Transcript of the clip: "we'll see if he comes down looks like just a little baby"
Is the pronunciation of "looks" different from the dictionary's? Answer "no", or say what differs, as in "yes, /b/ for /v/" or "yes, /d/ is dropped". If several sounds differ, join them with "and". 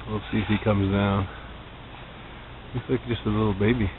yes, /k/ is dropped